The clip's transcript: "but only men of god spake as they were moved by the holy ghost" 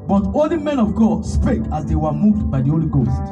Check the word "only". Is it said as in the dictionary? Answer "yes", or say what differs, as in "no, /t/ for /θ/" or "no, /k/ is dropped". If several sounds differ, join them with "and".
no, /n/ is dropped